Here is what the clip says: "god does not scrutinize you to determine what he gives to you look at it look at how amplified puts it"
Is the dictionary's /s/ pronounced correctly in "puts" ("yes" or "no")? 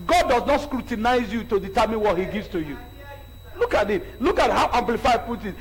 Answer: no